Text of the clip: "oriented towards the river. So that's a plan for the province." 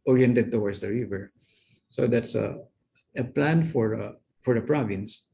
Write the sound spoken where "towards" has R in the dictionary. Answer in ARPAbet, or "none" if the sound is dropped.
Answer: W